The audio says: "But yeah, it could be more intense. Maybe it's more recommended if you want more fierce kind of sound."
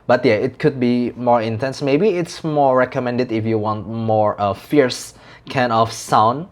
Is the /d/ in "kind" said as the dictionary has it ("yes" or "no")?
no